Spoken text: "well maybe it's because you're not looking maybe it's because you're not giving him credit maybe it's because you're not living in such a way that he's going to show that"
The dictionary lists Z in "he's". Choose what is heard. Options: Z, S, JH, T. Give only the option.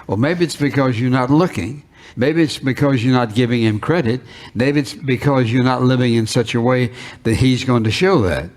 Z